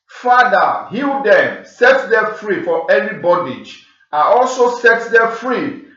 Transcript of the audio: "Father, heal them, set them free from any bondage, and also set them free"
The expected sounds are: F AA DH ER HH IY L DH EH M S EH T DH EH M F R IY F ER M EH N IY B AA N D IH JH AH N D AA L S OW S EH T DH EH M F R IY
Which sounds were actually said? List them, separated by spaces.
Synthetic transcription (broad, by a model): F AA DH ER HH IY L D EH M S EH T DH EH F R IY F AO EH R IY B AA D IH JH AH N AA L S OW S EH T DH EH F R IY